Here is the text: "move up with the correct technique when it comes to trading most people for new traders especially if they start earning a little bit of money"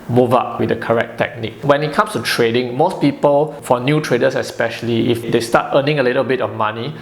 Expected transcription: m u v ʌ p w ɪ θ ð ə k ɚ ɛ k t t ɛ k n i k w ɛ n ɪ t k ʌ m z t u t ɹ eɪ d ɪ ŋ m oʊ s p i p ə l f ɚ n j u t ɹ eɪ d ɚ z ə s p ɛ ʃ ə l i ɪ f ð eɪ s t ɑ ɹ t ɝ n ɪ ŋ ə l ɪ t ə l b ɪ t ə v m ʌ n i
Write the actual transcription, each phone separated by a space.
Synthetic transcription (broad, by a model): m u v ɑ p w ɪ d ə k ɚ ɛ k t t ɛ k n i k w ɛ n ɪ t k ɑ m s t u t ɹ eɪ d ɪ ŋ m oʊ s p i p ə l f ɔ n j u t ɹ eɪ d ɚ s ə s p ɛ ʃ ə l i ɪ f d eɪ s t ɑ t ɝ n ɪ ŋ ə l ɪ t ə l b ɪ t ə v m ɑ n i